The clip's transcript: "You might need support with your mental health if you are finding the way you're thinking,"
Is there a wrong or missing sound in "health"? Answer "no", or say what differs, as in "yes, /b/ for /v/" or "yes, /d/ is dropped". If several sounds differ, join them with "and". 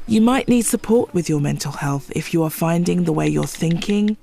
no